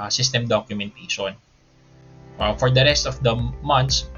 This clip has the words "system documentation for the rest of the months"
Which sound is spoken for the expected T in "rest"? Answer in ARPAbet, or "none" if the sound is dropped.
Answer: T